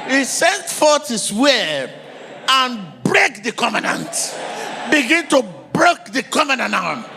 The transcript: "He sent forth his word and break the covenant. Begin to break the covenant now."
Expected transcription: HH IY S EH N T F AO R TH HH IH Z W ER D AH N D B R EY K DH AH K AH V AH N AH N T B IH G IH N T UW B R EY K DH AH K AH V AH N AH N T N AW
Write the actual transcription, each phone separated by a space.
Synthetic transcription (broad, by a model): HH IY S EH N T F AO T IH S W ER AH N B R EY K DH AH K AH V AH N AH N T B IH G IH N T UW B R EY K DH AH K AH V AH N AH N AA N